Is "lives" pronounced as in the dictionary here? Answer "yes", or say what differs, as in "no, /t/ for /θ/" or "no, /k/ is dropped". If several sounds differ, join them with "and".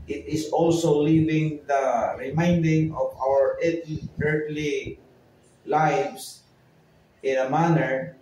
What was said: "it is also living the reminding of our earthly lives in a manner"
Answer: no, /s/ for /z/